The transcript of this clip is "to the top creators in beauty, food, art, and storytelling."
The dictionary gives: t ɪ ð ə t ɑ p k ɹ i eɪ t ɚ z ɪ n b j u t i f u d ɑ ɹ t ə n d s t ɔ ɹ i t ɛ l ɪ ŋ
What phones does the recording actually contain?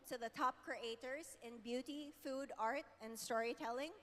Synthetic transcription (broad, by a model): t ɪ ð ə t ɑ p k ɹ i eɪ t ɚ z ɪ n b j u t i f u d ɑ ɹ t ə n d s t ɔ ɹ i t ɛ l ɪ ŋ